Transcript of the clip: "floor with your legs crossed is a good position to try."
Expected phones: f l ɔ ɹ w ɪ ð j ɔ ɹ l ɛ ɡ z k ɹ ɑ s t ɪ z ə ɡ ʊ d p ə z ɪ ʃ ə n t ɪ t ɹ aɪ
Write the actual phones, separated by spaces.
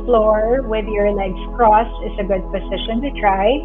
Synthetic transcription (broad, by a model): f l ɔ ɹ w ɪ ð j ɔ ɹ l ɛ ɡ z k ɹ ɑ s ɪ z ə ɡ ʊ d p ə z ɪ ʃ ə n t ɪ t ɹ aɪ